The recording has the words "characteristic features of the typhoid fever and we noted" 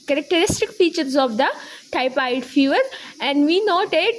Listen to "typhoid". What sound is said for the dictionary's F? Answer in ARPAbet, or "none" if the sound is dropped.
P